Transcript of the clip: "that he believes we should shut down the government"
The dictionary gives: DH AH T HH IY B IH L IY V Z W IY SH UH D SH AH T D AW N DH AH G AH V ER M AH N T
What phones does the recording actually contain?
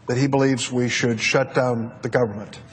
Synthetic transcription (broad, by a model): DH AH T HH IY B IH L IY V Z W IY SH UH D SH AH T D AW N DH AH G AH V ER M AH N T